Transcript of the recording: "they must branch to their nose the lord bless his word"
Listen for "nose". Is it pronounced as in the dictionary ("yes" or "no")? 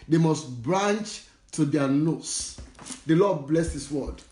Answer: no